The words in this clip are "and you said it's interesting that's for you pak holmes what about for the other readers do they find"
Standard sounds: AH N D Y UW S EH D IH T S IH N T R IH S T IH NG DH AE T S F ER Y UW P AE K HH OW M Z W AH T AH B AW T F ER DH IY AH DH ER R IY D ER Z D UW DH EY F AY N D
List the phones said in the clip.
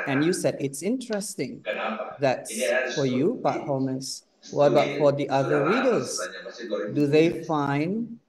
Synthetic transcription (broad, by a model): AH N Y UW S EH D IH T S IH N T R IH S T IH NG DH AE T S F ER Y UW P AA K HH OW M S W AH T AH B AW T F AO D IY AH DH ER R IY D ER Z D UW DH EY F AY N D